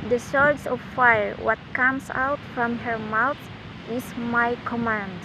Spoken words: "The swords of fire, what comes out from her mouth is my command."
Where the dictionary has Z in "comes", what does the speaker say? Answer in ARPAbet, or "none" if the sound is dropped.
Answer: S